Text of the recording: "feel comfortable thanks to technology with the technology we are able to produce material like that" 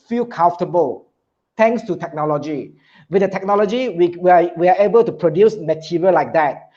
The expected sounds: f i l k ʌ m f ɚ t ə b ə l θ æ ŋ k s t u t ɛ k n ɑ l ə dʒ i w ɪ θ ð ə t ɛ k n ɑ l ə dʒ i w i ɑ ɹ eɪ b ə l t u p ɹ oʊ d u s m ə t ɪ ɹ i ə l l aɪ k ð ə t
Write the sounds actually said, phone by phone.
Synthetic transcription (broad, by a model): f i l k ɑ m f t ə b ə l t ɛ ŋ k s t u t ɛ k n ɑ l ə dʒ i w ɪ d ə t ɛ k n ɑ l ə dʒ i w i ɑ w eɪ b ə l t u p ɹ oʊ d u s m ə t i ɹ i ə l l aɪ k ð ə t